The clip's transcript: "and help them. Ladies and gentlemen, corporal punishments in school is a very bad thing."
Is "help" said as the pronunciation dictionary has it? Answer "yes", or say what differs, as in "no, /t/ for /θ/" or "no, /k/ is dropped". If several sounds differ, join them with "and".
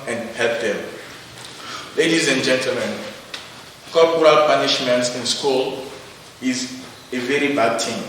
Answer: no, /l/ is dropped